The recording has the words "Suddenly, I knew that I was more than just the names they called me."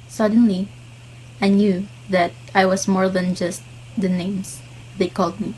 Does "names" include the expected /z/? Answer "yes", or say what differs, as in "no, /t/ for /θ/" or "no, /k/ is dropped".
no, /s/ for /z/